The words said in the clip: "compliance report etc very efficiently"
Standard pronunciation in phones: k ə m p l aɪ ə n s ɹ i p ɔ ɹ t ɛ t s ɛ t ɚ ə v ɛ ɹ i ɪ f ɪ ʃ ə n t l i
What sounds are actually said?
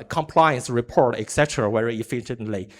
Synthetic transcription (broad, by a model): k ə m p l aɪ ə n s ɹ i p ɔ ɹ t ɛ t s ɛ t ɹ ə w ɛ ɹ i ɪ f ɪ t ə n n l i